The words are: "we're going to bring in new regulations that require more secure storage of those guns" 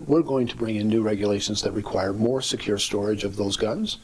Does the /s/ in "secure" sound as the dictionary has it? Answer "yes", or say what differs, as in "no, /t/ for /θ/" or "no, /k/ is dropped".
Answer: yes